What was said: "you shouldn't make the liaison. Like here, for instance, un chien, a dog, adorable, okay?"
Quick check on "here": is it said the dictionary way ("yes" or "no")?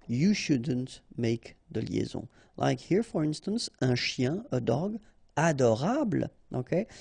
yes